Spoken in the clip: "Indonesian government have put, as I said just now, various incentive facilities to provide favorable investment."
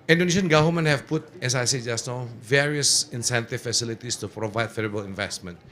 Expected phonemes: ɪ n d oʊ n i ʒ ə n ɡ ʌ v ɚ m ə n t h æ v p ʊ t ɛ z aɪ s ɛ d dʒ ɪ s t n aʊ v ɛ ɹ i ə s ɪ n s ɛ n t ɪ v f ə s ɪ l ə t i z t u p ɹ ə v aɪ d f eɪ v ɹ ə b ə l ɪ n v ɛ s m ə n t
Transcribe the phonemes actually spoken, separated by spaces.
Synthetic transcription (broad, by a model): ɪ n d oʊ n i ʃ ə n ɡ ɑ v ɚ m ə n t h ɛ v p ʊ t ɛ s aɪ s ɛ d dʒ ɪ s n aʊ v ɛ ɹ i ə s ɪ n s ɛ n t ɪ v f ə s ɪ l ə t i s t u p ɹ ə v aɪ d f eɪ ɹ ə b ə l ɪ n v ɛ s m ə n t